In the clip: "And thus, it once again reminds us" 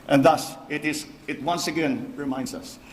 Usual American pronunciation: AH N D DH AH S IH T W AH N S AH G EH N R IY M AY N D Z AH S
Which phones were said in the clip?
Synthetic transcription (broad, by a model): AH N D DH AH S IH T W AH N S AH G EH N R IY M AY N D S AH S